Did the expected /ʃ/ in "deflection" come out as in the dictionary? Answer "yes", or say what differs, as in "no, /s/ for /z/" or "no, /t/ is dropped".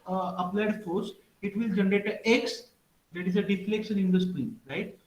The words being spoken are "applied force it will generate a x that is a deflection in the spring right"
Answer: no, /s/ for /ʃ/